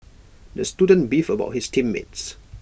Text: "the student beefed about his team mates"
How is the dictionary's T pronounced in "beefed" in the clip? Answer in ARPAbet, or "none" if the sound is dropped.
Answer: none